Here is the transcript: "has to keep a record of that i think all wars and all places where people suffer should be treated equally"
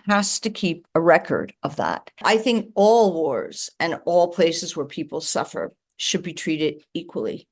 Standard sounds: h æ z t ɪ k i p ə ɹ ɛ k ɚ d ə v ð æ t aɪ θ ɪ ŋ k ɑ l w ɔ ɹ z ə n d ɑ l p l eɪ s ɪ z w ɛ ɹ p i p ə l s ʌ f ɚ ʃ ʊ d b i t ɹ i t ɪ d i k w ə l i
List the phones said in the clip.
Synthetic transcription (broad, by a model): h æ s t ɪ k i p ə ɹ ɛ k ɚ d ə v ð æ t aɪ θ ɪ ŋ k ɑ l w ɔ ɹ z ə n ɑ l p l eɪ s ɪ z w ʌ ɹ p i p l s ʌ f ɚ ʃ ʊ d b i t ɹ i t ɪ d i k w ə l i